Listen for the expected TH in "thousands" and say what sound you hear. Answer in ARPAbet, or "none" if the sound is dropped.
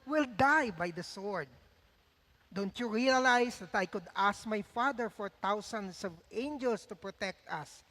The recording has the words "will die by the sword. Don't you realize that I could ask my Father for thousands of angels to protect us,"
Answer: T